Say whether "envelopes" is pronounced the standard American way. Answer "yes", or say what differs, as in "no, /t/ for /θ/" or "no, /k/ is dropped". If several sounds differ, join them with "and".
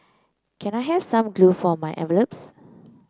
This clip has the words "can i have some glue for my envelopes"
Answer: no, /n/ is dropped